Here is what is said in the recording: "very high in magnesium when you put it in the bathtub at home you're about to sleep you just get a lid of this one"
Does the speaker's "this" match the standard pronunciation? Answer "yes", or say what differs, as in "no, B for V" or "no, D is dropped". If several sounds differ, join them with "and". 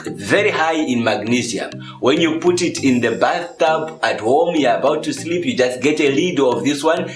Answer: yes